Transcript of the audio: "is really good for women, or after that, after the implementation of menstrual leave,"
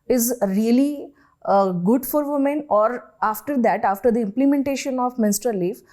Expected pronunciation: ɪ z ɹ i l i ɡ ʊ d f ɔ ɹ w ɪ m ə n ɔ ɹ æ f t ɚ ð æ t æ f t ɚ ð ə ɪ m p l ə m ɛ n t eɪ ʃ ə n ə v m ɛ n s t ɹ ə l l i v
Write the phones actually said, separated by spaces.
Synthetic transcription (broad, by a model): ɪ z ɹ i l i ɡ ʊ d f ɔ ɹ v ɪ m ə n ɔ ɹ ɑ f t ɚ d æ t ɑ f t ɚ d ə ɪ m p l ə m ɛ n t eɪ ʃ ə n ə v m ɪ n s t ə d l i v